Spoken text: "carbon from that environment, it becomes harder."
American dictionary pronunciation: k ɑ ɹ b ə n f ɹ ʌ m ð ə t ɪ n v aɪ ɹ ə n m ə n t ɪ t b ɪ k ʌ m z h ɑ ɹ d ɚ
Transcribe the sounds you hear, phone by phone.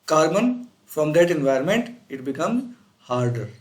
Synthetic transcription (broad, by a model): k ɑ ɹ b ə n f ɹ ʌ m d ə t ɪ n v aɪ ɹ ə n m ə n t ɪ t b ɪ k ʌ m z h ɑ ɹ d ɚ